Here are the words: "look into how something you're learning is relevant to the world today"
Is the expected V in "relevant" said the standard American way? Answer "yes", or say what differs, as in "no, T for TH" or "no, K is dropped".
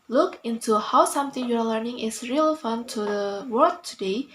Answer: no, F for V